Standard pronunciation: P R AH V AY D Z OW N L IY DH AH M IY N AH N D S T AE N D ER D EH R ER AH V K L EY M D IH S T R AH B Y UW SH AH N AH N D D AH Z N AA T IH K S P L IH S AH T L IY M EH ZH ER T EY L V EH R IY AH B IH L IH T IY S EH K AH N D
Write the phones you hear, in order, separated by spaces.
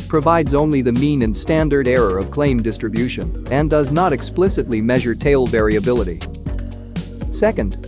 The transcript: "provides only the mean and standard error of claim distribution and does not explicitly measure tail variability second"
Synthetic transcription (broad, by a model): P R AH V AY D Z OW N L IY DH AH M IY N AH N S T AE N D ER D EH R ER AH V K L EY M D IH S T R AH B Y UW SH AH N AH N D D AH Z N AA T IH K S P L IH S AH T L IY M EH ZH ER T EY L V EH R IY AH B IH L IH T IY S EH K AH N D